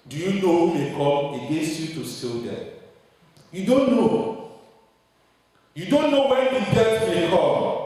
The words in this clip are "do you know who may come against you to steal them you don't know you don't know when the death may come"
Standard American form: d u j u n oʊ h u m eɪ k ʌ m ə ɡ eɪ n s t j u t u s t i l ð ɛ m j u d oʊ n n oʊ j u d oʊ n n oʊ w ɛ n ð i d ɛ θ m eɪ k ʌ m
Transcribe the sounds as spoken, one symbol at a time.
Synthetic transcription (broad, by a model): d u j u n oʊ h u m eɪ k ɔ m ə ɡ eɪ s j u t u s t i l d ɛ j u d oʊ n n oʊ j u d oʊ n n oʊ w ɛ n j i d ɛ t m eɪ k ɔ